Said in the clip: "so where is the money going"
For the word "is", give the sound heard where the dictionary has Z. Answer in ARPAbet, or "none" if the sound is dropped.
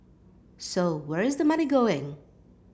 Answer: Z